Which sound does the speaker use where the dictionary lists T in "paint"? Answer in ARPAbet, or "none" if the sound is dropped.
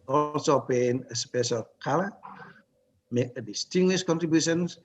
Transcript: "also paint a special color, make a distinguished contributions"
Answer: none